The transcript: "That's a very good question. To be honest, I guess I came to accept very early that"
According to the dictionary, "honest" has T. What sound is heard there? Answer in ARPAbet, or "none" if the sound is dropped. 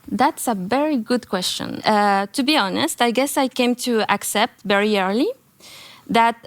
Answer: T